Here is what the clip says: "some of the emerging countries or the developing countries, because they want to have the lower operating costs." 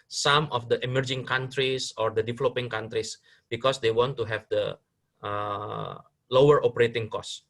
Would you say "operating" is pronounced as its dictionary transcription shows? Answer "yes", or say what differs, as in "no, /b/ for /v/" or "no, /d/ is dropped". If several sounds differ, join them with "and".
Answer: yes